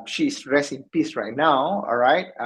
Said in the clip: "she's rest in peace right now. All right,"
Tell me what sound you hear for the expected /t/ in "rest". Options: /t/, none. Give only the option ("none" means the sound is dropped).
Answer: none